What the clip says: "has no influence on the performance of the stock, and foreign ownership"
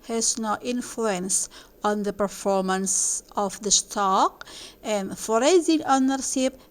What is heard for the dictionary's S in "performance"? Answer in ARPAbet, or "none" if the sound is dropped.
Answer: S